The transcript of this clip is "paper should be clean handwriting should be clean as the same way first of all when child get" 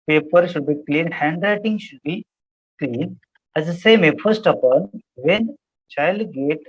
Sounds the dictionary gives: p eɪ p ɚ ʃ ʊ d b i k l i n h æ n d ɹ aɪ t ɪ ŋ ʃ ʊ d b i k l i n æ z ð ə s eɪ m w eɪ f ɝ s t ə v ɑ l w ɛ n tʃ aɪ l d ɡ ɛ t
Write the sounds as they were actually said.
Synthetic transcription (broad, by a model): p eɪ p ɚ ʃ ʊ d b i k l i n h æ n d ɹ aɪ t ɪ ŋ ʃ ʊ d b i k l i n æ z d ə s eɪ m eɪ f ɝ s t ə p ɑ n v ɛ n tʃ aɪ l d ɡ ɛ t